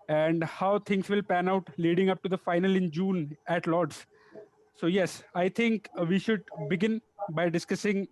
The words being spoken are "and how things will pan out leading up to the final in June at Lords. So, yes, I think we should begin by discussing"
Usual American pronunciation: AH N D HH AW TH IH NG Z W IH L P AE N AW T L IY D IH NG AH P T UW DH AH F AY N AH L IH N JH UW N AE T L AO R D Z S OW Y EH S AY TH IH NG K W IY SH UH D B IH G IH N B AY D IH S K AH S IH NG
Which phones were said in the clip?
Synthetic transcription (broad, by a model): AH N D HH AW T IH NG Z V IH L P AE N AW T L IY D IH NG AH P T UW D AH F AY N AH L IH N JH UW N AE T L AO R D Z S OW Y EH S AY T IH NG K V IY SH UH D B IH G IH N B AY D IH S K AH S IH NG